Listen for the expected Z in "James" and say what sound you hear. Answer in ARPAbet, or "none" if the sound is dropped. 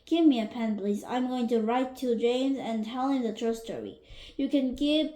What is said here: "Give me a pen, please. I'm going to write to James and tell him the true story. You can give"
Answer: Z